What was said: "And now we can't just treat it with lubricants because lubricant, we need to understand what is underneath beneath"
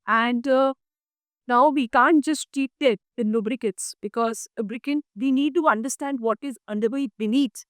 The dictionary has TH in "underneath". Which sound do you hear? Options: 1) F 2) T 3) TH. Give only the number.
2